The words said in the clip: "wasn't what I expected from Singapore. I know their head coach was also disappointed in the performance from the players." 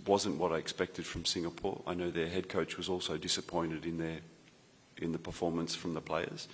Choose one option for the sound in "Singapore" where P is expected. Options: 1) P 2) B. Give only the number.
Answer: 1